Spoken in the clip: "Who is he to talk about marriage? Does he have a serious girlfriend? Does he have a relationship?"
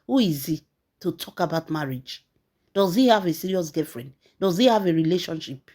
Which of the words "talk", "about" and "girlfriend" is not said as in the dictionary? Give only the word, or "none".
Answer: girlfriend